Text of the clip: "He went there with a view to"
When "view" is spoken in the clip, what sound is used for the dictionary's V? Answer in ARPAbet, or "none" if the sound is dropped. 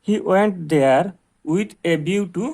B